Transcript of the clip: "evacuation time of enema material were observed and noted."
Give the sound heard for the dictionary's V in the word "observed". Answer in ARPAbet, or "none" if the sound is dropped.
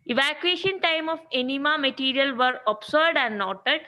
none